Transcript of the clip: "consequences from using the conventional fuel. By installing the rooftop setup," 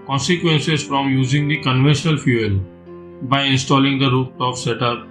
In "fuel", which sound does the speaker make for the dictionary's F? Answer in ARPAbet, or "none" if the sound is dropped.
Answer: F